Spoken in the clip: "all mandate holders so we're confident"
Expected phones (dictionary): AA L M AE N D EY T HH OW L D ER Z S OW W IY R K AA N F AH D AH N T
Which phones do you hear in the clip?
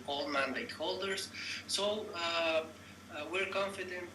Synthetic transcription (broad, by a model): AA L M AE N D EY T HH OW L D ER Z S OW W IY R K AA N F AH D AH N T